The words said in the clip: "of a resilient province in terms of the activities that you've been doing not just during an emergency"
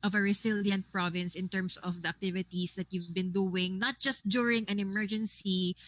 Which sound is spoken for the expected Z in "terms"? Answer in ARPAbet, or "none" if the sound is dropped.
S